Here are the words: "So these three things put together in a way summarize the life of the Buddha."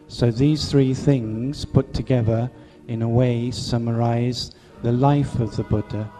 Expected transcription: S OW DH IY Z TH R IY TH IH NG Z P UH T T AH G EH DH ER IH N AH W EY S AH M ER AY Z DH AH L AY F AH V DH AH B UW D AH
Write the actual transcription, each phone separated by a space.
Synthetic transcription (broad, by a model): S OW DH IY Z TH R IY TH IH NG Z P UH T T AH G EH DH ER IH N AH W EY S AH M ER AY Z DH AH L AY F AH V DH AH B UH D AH